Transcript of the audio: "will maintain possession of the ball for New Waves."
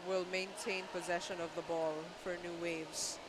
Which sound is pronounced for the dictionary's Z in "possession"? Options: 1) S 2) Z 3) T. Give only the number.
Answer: 2